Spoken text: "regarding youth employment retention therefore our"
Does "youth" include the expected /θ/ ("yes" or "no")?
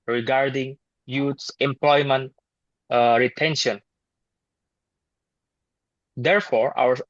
no